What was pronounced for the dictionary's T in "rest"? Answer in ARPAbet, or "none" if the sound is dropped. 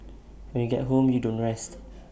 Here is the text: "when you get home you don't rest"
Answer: T